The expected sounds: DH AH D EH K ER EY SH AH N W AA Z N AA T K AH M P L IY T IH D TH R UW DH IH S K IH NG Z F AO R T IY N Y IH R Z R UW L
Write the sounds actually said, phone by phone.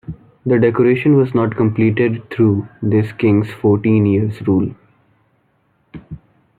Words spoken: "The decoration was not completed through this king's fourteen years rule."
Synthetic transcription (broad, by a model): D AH D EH K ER EY SH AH N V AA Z N AA T K AH M P L IY T IH D T R UW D IH S K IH NG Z F AO R T IY N Y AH R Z R UW L